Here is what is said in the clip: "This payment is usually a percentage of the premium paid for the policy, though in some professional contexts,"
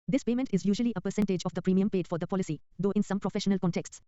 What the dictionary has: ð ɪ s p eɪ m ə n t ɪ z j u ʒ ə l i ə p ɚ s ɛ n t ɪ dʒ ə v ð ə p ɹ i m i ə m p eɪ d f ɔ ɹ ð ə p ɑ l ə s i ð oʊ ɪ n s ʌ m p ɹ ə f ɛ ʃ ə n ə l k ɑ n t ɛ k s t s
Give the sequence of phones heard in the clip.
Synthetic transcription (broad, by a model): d ɪ s p eɪ m ə n t ɪ z j u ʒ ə l i ə p ɚ s ɛ n t ɪ dʒ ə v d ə p ɹ i m i ə m p eɪ d f ɔ ɹ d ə p ɑ l ə s i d oʊ ɪ n s ʌ m p ɹ ə f ɛ ʃ ə n ə l k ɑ n t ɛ k s t s